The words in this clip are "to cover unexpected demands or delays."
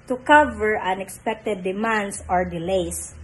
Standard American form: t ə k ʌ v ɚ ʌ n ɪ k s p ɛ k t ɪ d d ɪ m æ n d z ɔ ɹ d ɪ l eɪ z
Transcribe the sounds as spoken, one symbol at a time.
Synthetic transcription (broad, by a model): t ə k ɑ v ɚ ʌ n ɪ k s p ɛ k t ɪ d d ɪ m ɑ n d s ɔ ɹ d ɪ l eɪ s